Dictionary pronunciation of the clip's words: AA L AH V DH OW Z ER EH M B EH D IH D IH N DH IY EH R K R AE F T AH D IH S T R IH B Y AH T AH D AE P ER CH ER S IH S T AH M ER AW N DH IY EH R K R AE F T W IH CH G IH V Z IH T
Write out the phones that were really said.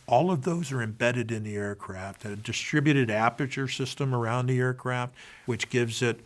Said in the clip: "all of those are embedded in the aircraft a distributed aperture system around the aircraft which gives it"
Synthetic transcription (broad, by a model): AA L AH V DH OW Z ER EH M B EH D IH D IH N DH IY EH R K R AE F T AH D IH S T R IH B Y AH T AH D AE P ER CH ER S IH S T AH M ER AW N DH IY EH R K R AE F T W IH CH G IH V Z IH T